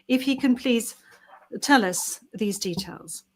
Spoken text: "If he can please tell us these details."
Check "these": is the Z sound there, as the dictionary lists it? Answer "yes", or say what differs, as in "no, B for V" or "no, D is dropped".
yes